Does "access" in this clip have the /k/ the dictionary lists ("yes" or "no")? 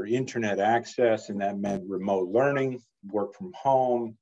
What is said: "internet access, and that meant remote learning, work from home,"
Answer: yes